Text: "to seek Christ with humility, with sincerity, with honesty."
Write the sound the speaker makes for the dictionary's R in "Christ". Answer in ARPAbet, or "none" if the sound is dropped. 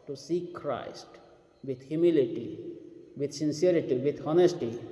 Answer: R